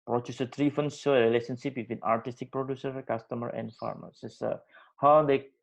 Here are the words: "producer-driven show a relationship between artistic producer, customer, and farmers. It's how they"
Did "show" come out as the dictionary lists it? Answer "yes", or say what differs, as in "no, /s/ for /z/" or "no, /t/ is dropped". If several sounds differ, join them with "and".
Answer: no, /s/ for /ʃ/